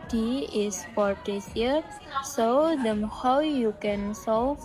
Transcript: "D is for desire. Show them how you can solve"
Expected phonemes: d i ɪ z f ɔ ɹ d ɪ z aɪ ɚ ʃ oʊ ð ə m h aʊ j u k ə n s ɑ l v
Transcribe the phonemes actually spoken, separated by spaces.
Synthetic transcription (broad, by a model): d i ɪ s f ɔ ɹ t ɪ s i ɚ s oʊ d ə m h aʊ j u k ə n s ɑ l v